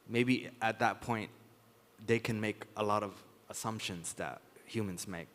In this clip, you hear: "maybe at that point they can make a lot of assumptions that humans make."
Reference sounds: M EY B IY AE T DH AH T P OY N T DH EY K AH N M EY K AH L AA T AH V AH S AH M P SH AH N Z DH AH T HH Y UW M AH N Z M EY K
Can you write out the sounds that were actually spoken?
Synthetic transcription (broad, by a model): M EY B IY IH T DH AH T P OY N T DH EY K AH N M EY K AH L AA T AH V AH S AH M P SH AH N Z DH AH T HH Y UW M AH N Z M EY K